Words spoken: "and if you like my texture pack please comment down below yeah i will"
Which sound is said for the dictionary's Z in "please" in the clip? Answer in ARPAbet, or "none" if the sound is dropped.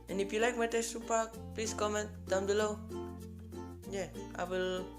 S